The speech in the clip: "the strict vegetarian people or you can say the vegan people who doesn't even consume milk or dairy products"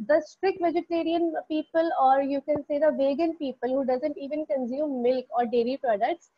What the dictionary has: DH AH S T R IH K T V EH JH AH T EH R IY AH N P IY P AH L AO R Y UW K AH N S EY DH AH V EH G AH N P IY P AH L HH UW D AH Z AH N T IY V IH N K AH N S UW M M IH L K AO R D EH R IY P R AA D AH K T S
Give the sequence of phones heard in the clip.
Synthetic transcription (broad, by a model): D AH S T R IH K V EH JH AH T EH R IY AH N P IY P AH L AO R Y UW K AH N S EY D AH V EH G AH N P IY P AH L HH UW D AH Z AH N T IY V IH N K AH N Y UW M M IH L K AO R D EH R IY P R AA D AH K T S